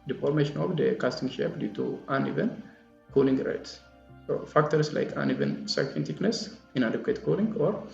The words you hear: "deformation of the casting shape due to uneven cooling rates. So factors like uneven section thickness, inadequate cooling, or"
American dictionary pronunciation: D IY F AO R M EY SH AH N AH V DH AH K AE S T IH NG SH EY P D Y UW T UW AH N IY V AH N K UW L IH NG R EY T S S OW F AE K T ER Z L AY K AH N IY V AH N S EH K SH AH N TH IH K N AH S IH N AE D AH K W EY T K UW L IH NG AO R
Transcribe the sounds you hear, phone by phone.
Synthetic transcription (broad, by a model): D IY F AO R M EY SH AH N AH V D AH K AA S T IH NG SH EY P D Y UW T UW AH N IY V AH N K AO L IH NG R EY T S S OW F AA K T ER S L AY K AH N IY V AH N S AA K AH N T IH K N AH S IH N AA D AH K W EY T K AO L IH NG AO R